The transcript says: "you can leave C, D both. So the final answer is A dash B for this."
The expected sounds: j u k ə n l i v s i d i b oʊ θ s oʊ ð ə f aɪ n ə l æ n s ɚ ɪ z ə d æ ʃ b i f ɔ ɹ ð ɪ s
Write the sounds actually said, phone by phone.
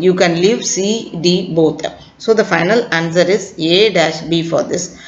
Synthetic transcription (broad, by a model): j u k ə n l i v s i d i b oʊ t s oʊ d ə f aɪ n ə l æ n s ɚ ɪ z ə d æ ʃ b i f ɔ ɹ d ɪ s